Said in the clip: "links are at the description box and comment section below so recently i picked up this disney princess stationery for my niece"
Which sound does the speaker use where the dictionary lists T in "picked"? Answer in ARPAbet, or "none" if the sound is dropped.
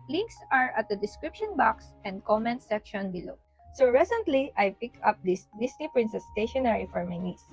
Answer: none